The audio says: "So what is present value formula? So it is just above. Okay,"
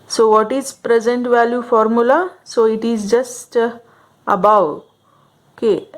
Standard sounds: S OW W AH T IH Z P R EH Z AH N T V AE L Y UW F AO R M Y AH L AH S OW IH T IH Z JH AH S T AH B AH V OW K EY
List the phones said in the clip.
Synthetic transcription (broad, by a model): S OW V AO T IH Z P R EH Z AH N T V AE L Y UW F AO R M Y AH L AH S OW IH T IH Z JH AH S T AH B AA W OW K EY